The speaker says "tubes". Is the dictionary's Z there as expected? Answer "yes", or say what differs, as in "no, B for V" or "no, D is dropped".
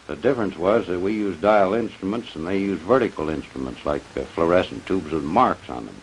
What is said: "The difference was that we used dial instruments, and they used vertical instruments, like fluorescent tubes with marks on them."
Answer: yes